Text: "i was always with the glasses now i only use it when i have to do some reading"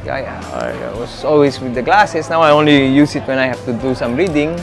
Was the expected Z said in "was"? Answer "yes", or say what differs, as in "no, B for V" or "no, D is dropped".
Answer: no, S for Z